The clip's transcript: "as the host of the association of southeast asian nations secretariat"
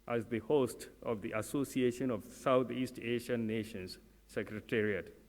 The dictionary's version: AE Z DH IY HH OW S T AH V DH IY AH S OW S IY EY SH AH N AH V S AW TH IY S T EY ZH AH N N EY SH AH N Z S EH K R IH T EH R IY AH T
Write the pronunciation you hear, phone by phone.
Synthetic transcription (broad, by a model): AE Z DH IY HH OW S T AH V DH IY AH S OW S IY EY SH AH N AH V S AW T IY S T EY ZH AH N N EY SH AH N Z S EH K R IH T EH R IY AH T